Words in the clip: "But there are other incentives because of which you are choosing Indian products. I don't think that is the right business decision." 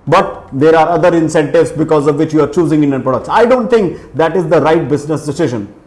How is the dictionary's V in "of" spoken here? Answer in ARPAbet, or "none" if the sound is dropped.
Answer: V